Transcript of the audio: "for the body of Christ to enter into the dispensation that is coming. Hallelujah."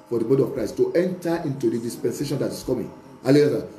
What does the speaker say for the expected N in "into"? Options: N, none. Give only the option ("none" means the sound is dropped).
N